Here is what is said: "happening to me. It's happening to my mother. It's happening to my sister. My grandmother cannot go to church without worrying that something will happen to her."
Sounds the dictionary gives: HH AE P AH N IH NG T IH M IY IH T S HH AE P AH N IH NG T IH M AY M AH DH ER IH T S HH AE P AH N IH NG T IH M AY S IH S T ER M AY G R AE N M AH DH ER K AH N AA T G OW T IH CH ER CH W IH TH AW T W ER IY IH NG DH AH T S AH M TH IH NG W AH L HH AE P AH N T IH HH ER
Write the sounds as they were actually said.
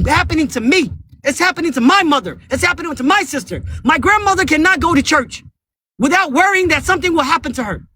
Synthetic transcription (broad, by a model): HH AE P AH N IH NG T IH M IY IH T S HH AE P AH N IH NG T IH M AY M AH DH ER IH T S HH AE P AH N IH NG T IH M AY S IH S T ER M AY G R AE N M AH DH ER K AH N AA T G OW T IH CH ER CH W IH TH AW T W ER IY IH NG DH AH T S AH M TH IH NG W AH L HH AE P AH N T IH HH ER